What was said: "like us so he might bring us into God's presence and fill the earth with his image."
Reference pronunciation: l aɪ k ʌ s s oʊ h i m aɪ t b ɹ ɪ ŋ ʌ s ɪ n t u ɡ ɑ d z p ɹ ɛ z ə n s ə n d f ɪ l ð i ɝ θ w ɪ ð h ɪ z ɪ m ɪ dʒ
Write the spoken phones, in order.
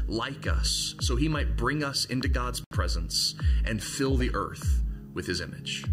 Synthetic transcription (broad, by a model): l aɪ k ʌ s s oʊ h i m aɪ t b ɹ ɪ ŋ ʌ s ɪ n t u ɡ ɑ d z p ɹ ɛ z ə n s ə n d f ɪ l ð i ɝ θ w ɪ ð ɪ z ɪ m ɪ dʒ